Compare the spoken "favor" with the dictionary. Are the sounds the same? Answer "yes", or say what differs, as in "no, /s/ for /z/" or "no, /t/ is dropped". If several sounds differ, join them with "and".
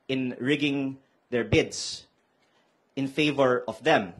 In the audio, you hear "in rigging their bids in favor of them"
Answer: yes